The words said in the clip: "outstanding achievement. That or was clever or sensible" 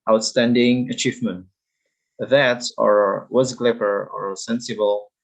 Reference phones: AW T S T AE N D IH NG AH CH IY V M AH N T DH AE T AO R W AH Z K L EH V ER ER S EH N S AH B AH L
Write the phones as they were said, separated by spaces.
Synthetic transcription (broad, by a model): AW T S T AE N D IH NG AH CH IY V M AH N T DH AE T AO R W AH Z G L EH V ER ER S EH N S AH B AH L